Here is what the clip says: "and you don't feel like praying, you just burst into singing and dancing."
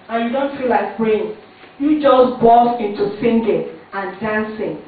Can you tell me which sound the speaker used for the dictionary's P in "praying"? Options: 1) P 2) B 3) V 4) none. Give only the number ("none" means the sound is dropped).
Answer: 2